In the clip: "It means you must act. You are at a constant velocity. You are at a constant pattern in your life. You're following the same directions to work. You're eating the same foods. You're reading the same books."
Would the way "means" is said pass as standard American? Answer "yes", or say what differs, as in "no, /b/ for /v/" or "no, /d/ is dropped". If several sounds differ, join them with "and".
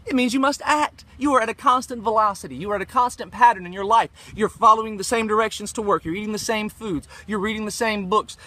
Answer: yes